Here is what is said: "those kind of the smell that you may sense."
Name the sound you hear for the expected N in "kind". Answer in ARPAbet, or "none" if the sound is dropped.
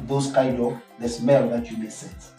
none